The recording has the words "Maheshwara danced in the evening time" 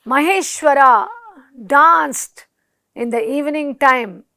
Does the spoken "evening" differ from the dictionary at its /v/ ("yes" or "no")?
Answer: no